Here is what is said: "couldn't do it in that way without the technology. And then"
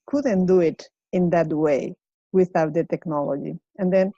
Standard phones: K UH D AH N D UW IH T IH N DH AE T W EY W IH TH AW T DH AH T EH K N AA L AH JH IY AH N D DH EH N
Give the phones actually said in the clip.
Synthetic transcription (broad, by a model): K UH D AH N D UW IH T IH N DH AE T W EY W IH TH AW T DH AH T EH K N AA L AH JH IY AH N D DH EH N